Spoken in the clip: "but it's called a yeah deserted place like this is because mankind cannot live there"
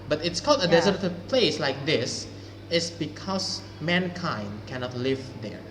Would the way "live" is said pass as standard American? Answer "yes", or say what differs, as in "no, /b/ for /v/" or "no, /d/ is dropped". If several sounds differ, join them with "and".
yes